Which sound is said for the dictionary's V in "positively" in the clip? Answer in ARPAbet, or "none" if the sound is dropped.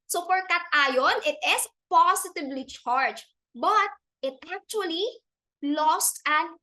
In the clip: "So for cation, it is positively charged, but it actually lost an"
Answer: B